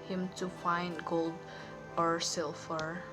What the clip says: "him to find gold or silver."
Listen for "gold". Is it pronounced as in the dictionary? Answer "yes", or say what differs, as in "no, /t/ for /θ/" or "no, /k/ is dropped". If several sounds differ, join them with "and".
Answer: yes